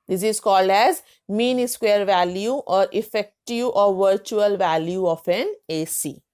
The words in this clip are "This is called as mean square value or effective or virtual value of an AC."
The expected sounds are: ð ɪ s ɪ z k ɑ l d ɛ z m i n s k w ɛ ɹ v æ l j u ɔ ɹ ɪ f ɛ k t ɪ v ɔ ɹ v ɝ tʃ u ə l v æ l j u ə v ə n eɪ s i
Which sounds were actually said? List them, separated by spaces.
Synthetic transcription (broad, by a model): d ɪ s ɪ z k ɑ l d ɛ z m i n s k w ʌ ɹ v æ l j u ɔ ɹ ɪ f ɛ k t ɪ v ɔ ɹ v ɝ tʃ u ə l v æ l j u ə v ə n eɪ s i